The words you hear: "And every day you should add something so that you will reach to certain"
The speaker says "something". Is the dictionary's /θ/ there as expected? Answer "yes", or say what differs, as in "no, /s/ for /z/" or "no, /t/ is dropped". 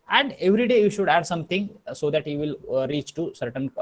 no, /t/ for /θ/